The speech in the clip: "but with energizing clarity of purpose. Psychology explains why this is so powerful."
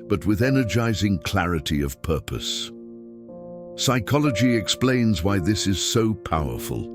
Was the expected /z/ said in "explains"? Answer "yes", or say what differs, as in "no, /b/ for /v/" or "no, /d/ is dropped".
yes